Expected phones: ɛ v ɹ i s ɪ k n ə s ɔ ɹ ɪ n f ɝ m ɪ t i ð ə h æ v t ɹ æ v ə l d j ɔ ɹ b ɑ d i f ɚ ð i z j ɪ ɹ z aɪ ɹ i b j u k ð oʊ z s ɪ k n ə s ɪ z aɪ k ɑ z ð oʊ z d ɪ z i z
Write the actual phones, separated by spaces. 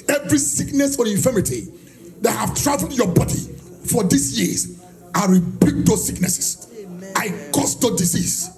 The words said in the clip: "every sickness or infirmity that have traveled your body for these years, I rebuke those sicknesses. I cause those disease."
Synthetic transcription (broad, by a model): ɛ v ɹ i s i k n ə s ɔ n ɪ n f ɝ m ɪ t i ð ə h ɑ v t ɹ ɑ v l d j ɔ b ɑ d i f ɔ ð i s j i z aɪ w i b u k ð oʊ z s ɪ k n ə s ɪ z aɪ k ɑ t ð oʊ d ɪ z i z